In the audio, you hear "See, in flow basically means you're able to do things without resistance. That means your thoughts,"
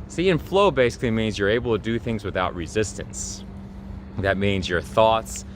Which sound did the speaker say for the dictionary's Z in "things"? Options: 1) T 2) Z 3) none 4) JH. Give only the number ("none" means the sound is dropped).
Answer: 2